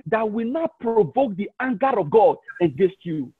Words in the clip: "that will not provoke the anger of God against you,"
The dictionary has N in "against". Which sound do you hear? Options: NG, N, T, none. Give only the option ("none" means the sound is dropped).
none